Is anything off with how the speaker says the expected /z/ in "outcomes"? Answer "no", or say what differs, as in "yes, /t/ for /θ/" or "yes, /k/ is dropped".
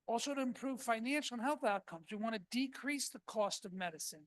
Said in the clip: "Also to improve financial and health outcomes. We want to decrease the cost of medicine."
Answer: no